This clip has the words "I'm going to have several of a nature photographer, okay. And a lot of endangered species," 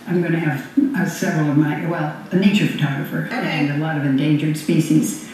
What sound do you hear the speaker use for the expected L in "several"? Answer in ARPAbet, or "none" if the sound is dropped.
W